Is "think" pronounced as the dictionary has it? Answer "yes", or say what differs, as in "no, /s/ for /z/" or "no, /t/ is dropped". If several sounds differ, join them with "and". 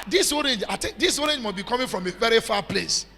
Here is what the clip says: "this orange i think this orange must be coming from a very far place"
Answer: no, /t/ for /θ/